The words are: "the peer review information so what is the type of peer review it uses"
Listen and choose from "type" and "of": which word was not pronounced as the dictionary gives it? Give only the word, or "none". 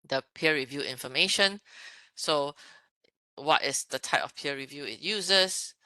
of